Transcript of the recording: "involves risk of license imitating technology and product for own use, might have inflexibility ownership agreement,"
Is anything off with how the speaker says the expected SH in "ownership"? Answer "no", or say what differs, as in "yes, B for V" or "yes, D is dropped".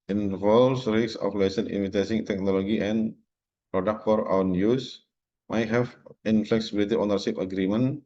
yes, S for SH